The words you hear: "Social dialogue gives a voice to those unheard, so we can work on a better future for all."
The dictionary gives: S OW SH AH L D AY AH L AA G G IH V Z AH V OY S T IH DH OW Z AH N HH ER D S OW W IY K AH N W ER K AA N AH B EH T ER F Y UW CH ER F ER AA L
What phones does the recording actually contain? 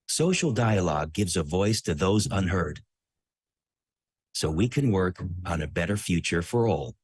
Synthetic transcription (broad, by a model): S OW SH L D AY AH L AA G G IH V Z AH V OY S T IH DH OW Z AH N HH ER D S OW W IY K AH N W ER K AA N AH B EH T ER F Y UW CH ER F ER AA L